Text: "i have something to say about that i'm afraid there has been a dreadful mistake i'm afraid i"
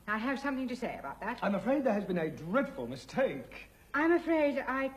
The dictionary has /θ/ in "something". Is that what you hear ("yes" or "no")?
yes